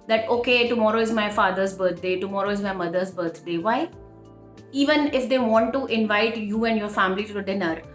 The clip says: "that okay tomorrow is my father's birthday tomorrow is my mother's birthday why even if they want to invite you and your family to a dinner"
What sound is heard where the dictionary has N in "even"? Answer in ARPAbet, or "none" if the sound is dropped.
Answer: N